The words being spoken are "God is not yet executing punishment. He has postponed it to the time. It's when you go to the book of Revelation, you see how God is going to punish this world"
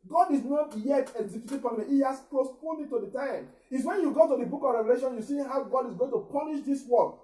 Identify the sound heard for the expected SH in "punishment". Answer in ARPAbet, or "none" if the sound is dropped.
none